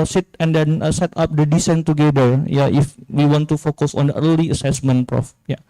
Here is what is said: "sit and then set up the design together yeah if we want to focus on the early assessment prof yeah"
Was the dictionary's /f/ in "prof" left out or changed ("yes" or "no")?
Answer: no